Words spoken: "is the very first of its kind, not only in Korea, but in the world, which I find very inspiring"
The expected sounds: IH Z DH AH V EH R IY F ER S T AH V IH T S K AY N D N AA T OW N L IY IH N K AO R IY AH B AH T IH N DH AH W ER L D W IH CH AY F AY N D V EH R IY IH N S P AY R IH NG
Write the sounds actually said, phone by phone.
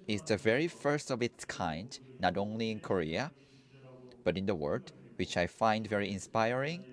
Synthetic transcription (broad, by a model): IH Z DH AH V EH R IY F ER S T AH V IH T S K AY N D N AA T OW N L IY IH N K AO R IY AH B AH T IH N DH AH W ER D W IH CH AY F AY N D V EH R IY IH N S P AY R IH NG